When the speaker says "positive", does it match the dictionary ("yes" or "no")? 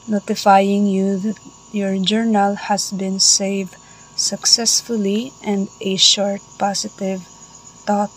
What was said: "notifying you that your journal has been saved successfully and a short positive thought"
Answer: no